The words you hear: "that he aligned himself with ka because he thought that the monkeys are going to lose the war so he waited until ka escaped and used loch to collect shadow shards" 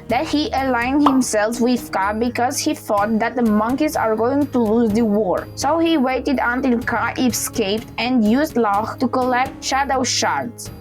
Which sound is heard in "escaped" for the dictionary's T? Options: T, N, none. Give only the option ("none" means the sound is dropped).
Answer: T